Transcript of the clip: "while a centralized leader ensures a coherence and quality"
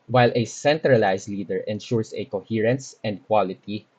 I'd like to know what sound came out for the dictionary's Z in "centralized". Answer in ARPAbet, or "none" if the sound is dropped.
S